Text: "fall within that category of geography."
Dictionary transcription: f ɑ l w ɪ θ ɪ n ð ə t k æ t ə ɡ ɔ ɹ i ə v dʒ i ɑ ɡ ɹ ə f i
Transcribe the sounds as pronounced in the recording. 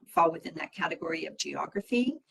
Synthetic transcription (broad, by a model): f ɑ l w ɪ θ ɪ n ð ə t k æ t ə ɡ ɔ ɹ i ə v dʒ i ɑ ɡ ɹ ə f i